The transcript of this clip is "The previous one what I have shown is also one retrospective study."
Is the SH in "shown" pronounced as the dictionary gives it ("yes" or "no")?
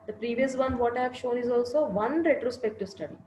yes